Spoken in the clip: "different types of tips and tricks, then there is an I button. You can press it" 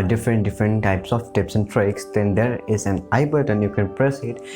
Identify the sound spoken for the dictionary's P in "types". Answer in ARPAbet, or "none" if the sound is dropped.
P